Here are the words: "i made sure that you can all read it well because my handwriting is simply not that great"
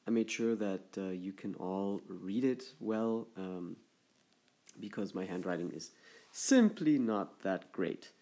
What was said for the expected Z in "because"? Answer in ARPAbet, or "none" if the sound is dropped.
Z